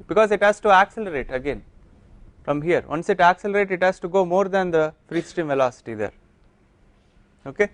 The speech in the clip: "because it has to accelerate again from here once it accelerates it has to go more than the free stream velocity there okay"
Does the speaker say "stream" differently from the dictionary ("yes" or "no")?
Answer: yes